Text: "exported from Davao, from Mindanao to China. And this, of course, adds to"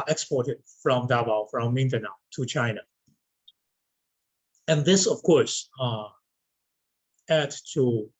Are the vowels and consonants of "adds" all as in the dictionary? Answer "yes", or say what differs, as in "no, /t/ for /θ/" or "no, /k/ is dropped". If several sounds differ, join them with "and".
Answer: no, /z/ is dropped